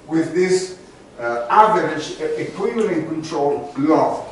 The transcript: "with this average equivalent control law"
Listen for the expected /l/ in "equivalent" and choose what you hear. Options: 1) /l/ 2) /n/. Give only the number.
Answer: 2